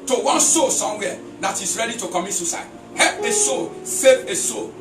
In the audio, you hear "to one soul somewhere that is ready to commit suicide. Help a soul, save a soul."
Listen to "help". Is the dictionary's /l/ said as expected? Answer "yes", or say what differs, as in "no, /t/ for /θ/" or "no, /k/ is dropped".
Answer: no, /l/ is dropped